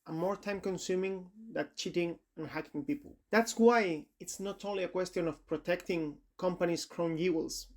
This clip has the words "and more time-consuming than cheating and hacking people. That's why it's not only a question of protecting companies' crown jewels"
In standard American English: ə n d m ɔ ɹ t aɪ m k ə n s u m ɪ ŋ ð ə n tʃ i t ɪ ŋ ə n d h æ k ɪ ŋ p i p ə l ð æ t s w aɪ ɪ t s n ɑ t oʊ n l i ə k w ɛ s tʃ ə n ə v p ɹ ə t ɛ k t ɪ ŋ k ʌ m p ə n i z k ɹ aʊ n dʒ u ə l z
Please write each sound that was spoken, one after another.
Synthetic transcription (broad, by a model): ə m ɔ ɹ t aɪ m k ə n s u m ɪ ŋ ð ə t tʃ i t ɪ ŋ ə n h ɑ k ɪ ŋ p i p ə l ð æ t s w aɪ ɪ t s n ɑ t oʊ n l i ə k w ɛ s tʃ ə n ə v p ɹ ə t ɛ k t ɪ ŋ k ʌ m p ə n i s k ɹ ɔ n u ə l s